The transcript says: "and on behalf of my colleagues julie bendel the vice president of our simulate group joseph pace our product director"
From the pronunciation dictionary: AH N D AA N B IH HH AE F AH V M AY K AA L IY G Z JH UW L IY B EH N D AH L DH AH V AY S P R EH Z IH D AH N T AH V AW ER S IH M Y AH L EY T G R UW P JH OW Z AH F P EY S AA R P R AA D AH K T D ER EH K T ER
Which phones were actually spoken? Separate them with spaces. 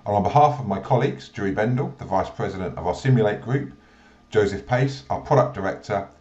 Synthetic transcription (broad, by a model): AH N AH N B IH HH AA F AH V M AY K AA L IY G Z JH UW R IY B EH N D AH L DH AH V AY S P R EH Z IH D AH N T AH V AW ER S IH M Y AH L EY T G R UW P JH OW Z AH F P EY S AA P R AA D AH K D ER EH K T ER